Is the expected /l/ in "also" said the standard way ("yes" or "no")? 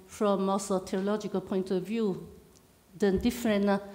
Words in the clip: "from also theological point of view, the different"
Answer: no